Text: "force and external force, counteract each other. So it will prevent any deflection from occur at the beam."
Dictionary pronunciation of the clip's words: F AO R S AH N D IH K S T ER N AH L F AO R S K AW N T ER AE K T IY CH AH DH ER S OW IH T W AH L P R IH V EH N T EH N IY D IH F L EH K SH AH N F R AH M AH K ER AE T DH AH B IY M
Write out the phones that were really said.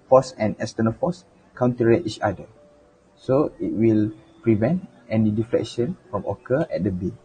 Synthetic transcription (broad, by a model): F AO S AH N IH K S T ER N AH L F AO S K AW N T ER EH T IY CH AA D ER S OW IH T W AH L P R IH V EH N T EH N IY D IH F L EH K SH AH N F R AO M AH K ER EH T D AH B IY